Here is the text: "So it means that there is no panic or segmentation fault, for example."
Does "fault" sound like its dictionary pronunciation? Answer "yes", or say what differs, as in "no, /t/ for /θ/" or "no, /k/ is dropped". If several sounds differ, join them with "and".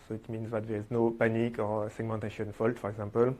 yes